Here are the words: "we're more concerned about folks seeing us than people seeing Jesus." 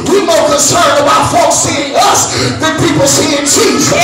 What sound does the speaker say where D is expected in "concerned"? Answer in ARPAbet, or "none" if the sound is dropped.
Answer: none